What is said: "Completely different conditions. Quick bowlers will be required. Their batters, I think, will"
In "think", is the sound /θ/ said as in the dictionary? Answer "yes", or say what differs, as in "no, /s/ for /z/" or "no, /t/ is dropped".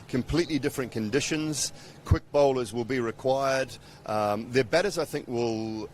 yes